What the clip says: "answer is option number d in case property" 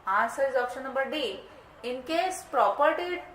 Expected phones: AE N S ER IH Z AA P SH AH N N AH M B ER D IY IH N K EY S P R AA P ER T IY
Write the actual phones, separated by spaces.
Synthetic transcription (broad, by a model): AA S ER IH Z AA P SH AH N N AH B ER D IY IH N K EY S P R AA P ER T IY